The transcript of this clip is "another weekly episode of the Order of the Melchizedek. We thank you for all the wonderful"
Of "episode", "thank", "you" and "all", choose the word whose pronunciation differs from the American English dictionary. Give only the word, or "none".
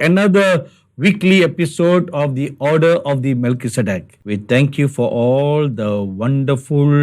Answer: thank